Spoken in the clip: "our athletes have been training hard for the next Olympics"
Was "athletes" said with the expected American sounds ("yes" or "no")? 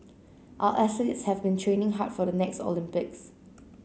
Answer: no